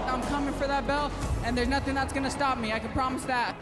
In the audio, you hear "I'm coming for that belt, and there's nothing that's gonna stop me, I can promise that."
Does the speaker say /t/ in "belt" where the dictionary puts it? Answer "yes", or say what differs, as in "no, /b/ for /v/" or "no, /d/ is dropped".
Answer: no, /t/ is dropped